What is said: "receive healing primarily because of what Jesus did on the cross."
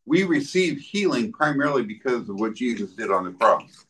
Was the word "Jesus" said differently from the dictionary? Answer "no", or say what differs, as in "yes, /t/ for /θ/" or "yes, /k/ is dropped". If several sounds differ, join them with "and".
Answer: no